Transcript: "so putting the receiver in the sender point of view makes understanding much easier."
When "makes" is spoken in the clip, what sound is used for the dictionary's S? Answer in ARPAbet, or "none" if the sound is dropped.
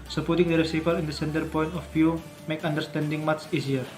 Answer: none